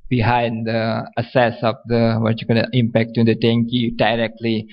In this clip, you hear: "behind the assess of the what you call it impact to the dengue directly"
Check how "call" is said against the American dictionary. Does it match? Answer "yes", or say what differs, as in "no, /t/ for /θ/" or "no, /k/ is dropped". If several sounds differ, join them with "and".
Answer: no, /n/ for /l/